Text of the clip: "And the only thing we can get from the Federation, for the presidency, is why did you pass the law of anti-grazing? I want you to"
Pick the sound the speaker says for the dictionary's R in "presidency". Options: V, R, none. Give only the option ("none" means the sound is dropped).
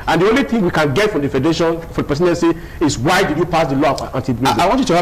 none